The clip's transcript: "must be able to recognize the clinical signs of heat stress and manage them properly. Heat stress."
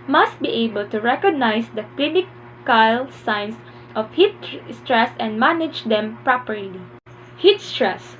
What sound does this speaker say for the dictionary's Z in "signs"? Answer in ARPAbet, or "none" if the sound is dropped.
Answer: S